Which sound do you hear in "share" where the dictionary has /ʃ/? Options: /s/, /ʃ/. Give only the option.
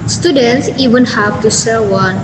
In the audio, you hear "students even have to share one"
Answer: /s/